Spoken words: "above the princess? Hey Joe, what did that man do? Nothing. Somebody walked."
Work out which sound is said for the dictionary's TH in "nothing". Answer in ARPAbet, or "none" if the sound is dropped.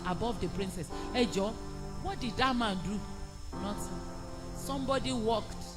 S